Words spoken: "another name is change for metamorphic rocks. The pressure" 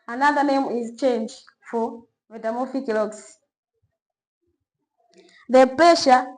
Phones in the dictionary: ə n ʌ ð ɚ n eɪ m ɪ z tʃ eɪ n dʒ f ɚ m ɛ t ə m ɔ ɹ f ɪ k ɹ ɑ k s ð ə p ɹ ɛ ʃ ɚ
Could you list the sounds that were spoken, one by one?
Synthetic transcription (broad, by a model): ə n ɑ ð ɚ n eɪ m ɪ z tʃ eɪ n dʒ f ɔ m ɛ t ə m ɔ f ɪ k l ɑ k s ð ə p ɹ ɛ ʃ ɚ